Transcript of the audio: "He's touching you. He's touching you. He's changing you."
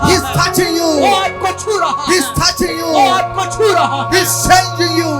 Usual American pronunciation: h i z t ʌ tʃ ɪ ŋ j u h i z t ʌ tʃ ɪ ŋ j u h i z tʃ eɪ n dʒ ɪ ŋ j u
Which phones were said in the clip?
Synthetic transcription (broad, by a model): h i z t ʌ tʃ ɪ ŋ j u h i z t ʌ tʃ ɪ ŋ j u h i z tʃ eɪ l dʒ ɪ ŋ j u